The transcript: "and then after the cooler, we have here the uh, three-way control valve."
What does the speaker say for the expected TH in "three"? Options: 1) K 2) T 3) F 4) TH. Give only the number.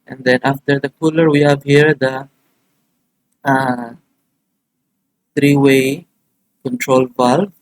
2